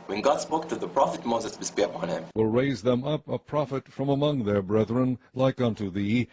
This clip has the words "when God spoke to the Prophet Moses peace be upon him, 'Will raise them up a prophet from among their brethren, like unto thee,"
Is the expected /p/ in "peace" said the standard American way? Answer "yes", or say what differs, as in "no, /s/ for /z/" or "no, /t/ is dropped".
no, /b/ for /p/